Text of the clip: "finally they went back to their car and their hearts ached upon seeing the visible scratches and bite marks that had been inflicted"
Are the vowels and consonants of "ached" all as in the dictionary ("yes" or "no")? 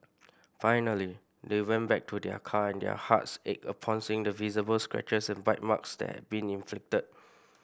no